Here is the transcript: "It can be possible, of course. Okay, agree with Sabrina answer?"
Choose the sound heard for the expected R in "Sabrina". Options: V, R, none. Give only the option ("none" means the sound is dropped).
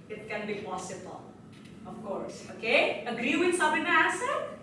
none